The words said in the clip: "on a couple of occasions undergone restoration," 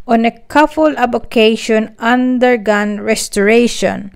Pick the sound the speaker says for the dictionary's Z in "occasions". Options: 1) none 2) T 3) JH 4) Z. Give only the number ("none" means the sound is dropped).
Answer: 1